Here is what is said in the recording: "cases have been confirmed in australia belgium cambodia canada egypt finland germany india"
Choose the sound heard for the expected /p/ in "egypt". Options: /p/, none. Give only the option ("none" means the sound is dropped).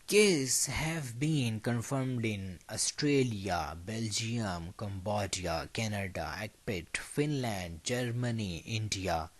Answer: none